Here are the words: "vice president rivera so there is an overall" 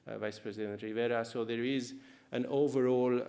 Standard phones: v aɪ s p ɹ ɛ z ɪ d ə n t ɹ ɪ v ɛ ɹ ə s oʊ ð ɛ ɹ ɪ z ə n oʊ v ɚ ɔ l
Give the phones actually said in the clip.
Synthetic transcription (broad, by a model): v aɪ s p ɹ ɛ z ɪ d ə n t ɹ ɪ v ɛ ɹ ə s oʊ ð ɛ ɹ ɪ z ə n oʊ v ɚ ɔ l